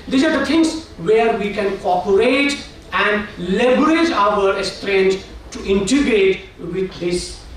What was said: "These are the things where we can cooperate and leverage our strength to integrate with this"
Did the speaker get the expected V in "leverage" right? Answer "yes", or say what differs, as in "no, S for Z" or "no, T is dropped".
no, B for V